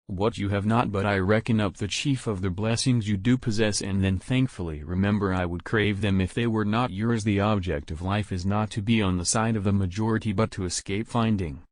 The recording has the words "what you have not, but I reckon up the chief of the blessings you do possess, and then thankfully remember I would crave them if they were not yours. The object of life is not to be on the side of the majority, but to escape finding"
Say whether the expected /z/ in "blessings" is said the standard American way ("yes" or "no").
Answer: yes